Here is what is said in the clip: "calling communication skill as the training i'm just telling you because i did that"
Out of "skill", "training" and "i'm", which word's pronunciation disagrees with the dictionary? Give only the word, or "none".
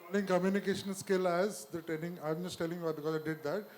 training